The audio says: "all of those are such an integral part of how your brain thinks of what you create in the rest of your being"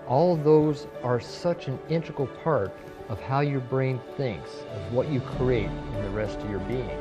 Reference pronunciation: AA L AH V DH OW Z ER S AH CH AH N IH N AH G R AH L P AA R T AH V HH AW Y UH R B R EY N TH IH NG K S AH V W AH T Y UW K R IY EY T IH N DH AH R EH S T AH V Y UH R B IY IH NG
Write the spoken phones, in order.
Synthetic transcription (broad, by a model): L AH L DH OW Z ER S AH CH AH N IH N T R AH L P AA R T AH V HH AW Y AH R B R EY N TH IH NG K S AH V W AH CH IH K R IY EY T IH N DH AH R EH S T AH V Y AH R B IY IH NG